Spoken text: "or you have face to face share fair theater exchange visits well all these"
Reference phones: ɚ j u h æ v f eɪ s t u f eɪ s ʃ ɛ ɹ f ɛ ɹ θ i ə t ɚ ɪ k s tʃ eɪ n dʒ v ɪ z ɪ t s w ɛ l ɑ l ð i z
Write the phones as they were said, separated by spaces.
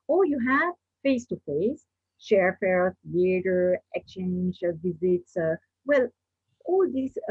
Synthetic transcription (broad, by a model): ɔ j u h æ v f eɪ s t u f eɪ s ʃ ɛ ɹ f ɛ ɹ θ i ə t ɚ ɪ k s tʃ eɪ n dʒ v ɪ z ɪ t s w ɛ l ɑ l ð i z